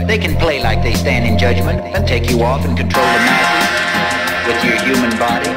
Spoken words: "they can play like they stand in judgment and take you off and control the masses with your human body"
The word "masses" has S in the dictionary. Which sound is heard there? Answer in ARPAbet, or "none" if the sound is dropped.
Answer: none